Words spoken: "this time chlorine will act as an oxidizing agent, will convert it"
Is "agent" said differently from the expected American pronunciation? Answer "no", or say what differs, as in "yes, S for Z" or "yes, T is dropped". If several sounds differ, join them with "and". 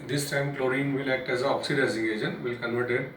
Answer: yes, SH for JH